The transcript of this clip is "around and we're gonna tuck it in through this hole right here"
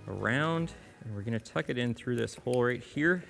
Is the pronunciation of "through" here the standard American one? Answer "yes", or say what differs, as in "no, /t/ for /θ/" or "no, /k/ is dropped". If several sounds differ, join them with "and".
yes